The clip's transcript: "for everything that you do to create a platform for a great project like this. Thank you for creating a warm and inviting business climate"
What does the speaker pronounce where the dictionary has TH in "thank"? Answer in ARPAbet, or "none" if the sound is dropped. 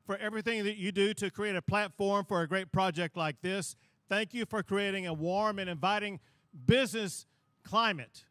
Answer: TH